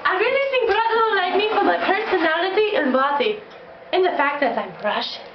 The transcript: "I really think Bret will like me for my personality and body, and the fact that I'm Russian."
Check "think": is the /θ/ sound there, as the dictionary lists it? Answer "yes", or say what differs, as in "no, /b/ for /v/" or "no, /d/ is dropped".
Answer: no, /s/ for /θ/